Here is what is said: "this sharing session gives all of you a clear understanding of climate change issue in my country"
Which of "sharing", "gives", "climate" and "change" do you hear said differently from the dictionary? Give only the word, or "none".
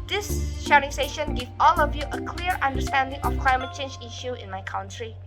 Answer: gives